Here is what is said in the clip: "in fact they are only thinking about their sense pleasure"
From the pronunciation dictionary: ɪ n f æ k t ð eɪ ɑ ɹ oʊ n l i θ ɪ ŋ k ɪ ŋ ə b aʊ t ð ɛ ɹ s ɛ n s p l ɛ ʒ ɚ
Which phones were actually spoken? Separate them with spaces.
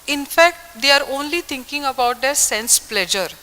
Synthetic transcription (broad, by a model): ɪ n f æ k t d eɪ ɑ ɹ oʊ n l i t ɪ ŋ k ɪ ŋ ə b aʊ t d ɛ ɹ s ɛ n s p l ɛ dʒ ɚ